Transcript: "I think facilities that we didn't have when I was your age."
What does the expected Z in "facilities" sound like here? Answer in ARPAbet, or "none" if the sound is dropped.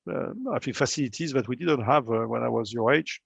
Z